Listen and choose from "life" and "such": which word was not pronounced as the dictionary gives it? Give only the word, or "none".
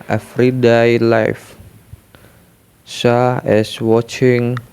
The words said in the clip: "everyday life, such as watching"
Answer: such